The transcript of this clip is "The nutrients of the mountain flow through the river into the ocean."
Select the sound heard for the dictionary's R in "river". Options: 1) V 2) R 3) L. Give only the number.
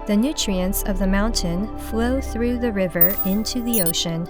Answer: 2